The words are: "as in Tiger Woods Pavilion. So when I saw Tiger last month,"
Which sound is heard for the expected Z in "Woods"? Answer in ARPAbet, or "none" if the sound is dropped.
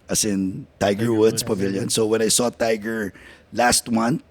S